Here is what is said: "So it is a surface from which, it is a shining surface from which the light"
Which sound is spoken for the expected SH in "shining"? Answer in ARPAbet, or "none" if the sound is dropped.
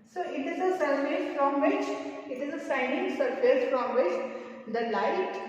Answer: S